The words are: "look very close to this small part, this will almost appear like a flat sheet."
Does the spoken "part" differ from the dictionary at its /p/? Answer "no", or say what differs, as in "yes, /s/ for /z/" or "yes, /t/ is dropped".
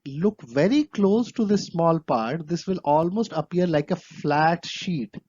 no